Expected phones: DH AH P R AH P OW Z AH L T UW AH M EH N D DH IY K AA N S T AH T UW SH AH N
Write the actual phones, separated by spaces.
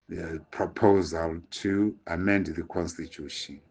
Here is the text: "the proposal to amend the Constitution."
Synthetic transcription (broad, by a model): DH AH P R AH P OW Z AH L T UW AH M EH N D DH IY K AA N S T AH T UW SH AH N